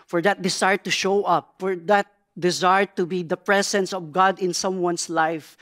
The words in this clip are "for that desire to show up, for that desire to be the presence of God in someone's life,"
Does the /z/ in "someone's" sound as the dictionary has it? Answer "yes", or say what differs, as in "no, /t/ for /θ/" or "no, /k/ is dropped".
no, /s/ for /z/